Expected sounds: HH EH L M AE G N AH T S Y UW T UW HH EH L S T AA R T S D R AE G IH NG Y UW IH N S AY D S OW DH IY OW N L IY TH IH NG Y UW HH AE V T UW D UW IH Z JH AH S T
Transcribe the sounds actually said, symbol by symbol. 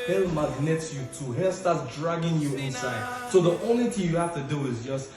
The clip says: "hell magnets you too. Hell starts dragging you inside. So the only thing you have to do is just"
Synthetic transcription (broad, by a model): HH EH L M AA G N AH T S Y UW T UW HH EH L S T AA T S D R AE G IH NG Y UW IH N S AY D S OW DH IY OW N L IY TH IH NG Y UW HH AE F T UW D UW IH Z JH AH S T